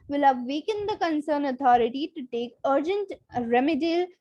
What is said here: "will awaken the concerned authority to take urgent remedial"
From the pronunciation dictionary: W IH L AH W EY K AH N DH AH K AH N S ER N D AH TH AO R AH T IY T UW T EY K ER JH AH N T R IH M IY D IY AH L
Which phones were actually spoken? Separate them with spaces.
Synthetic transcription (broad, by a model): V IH L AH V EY K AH N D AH K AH N S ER N AH T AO R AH T IY T UW T EY K ER JH AH N T R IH M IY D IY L